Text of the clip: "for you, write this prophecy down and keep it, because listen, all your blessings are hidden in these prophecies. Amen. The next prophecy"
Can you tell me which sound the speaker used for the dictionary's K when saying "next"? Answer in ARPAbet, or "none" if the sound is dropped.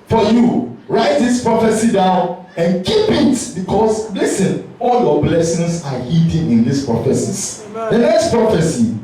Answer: K